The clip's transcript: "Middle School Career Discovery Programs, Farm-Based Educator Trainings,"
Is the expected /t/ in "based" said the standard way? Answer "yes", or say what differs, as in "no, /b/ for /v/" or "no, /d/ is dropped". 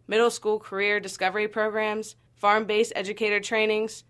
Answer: no, /t/ is dropped